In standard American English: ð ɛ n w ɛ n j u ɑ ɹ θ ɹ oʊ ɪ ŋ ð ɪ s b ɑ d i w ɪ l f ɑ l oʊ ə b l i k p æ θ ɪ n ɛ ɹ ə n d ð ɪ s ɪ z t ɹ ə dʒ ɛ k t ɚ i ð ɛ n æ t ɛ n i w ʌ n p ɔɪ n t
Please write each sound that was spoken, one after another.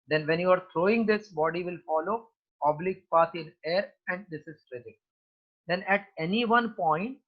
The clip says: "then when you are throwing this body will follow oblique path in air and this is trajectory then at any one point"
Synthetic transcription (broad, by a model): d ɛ n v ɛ n j u ɑ ɹ t ɹ oʊ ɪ ŋ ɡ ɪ s b ɑ d i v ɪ l f ɑ l oʊ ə b l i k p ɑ s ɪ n ɛ ɹ ə n d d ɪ s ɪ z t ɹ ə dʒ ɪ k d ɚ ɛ n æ t ɛ n i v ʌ n p ɔɪ n t